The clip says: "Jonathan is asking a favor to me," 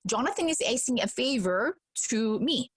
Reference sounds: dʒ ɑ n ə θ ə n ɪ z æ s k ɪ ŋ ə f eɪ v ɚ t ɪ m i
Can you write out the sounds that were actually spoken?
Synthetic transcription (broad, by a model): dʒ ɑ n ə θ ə n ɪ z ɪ s ɪ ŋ ə f eɪ v ɚ t ɪ m i